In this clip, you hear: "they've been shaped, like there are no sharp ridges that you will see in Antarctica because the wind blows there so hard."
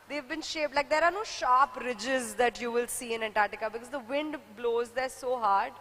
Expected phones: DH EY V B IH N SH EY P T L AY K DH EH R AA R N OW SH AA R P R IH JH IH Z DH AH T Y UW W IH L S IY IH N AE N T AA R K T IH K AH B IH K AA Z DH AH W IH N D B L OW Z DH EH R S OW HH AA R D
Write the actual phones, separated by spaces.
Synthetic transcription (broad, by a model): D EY V B IH N SH EY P L AY K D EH R AA R N OW SH AA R P R IH JH IH Z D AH T Y UW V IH L S IY IH N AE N T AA R T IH K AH B IH K AA Z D AH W IH N D B L OW Z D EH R S OW HH AA R D